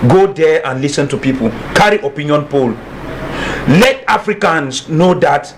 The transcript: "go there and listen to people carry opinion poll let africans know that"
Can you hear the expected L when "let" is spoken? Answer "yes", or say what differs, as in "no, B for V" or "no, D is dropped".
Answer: yes